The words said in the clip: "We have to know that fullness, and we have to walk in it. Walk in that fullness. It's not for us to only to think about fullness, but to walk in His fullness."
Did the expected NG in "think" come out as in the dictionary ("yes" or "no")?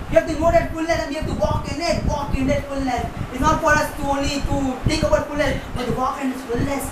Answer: no